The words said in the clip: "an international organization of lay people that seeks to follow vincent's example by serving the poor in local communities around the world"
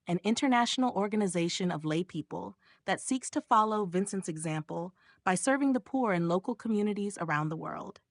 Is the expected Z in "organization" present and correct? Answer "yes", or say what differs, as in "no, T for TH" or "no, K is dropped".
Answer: yes